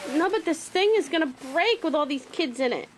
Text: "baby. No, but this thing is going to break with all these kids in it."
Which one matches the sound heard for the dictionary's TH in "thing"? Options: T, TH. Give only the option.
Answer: TH